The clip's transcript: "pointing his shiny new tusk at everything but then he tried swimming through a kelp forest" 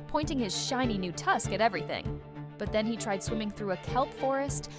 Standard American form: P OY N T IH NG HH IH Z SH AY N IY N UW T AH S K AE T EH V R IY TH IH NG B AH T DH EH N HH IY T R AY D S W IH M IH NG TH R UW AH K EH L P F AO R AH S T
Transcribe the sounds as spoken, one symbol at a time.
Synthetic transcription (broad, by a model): P OY N T IH NG IH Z SH AY N IY N UW T AH S K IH T EH V R IY TH IH NG B AH T DH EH N IY T R AY D S W IH M IH NG TH R UW AH K EH L P F AO R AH S T